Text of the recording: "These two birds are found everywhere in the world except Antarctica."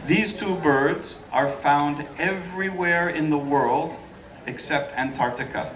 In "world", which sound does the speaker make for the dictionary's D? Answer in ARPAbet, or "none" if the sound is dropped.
D